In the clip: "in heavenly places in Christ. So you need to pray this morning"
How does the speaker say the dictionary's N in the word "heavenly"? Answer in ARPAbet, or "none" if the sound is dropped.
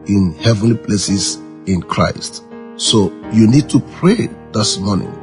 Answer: N